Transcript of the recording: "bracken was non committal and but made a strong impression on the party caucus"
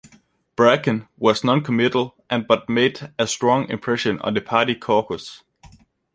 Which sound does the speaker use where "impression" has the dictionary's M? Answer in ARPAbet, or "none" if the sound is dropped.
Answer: M